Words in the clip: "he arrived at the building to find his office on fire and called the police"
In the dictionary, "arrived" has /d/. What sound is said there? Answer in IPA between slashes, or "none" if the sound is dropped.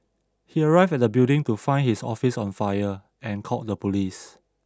none